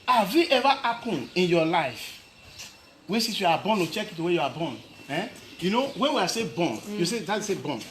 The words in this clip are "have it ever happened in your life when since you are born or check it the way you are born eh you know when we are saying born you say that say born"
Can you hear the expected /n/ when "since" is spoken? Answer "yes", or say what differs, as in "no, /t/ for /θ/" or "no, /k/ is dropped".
no, /n/ is dropped